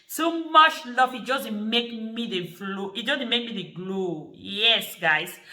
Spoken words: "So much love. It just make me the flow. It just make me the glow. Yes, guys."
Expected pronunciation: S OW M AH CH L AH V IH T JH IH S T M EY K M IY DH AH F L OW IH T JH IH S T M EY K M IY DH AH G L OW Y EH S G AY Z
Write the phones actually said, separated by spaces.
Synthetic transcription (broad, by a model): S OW M AH CH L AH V IH T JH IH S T M EY K M IY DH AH F L OW IH T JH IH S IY M EY K M IY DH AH G L OW Y EH S G AY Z